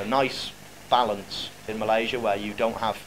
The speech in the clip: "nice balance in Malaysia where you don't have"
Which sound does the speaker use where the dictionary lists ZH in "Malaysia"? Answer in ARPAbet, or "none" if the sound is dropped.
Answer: ZH